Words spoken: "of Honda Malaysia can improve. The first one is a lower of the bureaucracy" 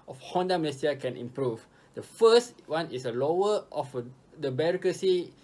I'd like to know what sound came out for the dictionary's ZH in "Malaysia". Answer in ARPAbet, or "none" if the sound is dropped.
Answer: S